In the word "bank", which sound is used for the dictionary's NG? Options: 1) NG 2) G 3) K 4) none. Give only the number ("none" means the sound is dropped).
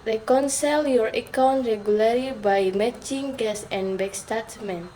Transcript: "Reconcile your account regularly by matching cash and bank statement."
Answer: 4